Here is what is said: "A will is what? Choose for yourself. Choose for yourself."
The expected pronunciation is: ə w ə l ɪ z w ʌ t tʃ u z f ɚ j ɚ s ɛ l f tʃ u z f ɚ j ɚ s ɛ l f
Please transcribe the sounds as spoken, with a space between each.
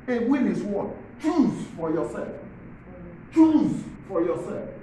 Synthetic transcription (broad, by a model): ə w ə n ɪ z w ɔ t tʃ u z f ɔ j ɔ s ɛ l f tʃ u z f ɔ j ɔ s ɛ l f